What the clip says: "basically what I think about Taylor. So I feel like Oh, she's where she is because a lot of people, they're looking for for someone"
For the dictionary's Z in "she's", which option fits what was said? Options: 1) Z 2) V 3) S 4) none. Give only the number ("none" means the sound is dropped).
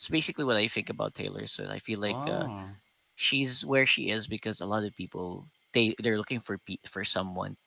1